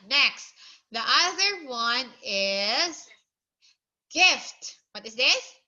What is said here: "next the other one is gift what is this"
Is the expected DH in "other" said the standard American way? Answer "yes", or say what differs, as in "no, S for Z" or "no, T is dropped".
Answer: yes